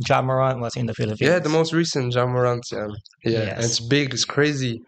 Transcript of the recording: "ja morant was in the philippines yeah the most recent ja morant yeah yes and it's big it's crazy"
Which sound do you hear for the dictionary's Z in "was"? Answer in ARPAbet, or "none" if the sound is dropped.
S